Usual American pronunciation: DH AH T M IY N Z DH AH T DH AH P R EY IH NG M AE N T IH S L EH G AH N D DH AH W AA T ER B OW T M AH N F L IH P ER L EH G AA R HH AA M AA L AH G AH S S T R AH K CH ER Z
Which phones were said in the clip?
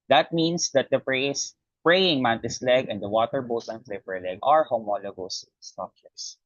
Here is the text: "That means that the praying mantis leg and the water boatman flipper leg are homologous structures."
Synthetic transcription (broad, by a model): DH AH T M IY N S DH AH T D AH P R EY IH NG M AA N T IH S L EH G AH N D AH W AA T ER B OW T AH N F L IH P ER L EH G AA R HH AA M AA L AH G AH S S T R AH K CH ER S